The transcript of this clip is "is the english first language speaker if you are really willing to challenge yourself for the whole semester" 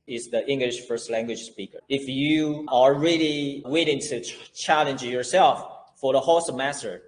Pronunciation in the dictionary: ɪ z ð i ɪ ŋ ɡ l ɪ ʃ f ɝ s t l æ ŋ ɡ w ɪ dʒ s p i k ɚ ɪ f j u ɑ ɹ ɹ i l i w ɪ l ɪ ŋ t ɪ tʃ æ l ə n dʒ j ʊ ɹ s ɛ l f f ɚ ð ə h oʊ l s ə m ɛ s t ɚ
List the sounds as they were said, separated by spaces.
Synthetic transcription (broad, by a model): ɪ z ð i ɪ ŋ ɡ l ɪ ʃ f ɝ s t l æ ŋ ɡ w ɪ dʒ s p i k ɚ ɪ f j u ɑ l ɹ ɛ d i w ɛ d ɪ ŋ t ɪ tʃ æ l ə n dʒ j ʊ ɹ s ɛ l f f ɚ ð ə h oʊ s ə m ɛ s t ɚ